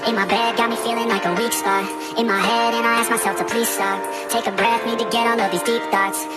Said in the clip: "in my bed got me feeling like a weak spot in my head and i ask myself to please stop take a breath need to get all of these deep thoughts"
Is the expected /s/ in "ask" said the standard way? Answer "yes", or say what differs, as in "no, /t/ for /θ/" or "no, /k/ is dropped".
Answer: yes